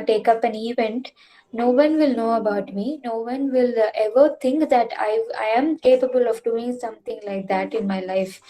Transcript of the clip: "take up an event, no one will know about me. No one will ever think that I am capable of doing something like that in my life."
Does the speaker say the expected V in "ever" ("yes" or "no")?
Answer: yes